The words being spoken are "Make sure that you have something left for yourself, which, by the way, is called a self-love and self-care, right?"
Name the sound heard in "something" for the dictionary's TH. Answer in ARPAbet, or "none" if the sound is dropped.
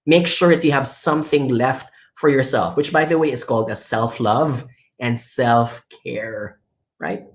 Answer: TH